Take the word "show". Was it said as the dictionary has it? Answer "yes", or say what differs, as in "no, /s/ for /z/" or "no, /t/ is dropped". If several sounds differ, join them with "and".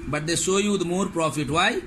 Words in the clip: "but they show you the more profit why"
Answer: no, /s/ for /ʃ/